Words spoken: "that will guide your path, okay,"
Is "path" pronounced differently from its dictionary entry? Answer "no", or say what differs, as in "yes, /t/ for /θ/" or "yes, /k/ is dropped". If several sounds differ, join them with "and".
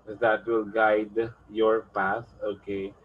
yes, /s/ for /θ/